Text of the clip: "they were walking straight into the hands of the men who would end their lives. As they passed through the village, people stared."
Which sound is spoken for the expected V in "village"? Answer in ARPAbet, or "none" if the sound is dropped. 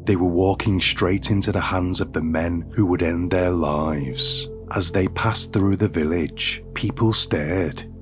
V